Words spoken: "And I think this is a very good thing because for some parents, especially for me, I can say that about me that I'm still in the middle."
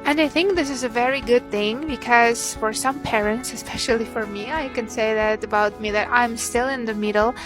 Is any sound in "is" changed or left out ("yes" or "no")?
no